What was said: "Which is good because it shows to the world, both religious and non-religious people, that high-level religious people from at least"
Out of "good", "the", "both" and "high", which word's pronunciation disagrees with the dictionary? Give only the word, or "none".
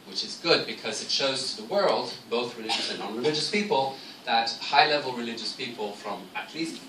none